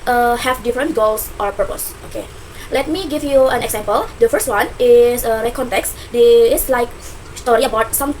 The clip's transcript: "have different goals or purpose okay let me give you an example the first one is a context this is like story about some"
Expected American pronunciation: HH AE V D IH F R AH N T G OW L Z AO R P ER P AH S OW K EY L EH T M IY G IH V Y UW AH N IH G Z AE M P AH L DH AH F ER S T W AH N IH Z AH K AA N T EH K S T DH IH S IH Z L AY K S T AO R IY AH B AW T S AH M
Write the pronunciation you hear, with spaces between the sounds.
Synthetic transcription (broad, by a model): HH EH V D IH F R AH N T G OW L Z AO R P ER P AH S OW K EY L EH T M IY G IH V Y UW AH N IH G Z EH M P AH L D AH F ER S T W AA N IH S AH K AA N T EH K S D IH IH S L AY K S T AO R IY AH B AW T S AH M